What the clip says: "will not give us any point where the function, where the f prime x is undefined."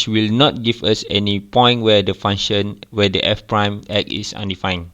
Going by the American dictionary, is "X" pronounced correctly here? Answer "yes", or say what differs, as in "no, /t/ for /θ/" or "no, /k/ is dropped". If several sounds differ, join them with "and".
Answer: no, /s/ is dropped